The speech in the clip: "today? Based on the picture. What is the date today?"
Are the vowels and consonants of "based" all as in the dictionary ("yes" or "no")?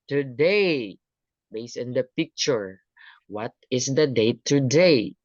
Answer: no